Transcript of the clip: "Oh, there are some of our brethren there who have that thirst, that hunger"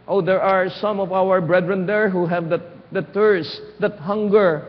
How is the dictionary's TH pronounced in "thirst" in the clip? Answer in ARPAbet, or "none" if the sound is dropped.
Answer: T